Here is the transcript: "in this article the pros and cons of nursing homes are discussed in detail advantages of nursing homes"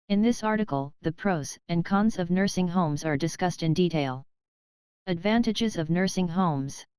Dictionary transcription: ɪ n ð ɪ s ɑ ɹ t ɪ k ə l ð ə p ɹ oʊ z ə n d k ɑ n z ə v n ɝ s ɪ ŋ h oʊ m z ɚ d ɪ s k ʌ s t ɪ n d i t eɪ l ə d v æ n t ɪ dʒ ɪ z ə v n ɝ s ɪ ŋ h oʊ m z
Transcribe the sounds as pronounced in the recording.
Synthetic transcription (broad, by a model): ɪ n ð ɪ s ɑ ɹ t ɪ k l ð ə p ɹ oʊ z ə n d k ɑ n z ə v n ɝ s ɪ ŋ h oʊ m z ɚ d ɪ s k ʌ s t ɪ n d i t eɪ l ə d v æ n t ɪ dʒ ɪ z ə v n ɝ s ɪ ŋ h oʊ m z